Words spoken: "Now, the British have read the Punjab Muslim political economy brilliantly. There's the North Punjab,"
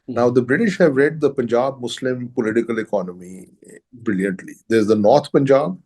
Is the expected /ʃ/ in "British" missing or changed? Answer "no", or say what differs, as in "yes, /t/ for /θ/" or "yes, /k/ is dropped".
no